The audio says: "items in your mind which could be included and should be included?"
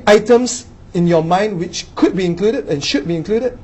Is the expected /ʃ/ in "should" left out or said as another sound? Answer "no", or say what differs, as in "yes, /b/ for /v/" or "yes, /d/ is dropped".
no